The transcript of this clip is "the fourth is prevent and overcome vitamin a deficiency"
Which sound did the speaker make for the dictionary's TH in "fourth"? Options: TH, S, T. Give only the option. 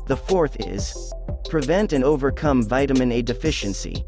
TH